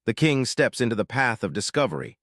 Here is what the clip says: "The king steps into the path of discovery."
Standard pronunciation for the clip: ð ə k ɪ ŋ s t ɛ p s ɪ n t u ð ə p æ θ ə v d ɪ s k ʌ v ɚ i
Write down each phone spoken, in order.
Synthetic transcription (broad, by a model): ð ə k ɪ ŋ s t ɛ p s ɪ n t u ð ə p æ θ ə v d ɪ s k ʌ v ɚ i